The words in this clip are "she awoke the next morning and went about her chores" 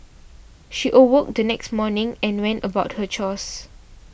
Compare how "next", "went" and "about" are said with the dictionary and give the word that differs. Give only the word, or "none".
none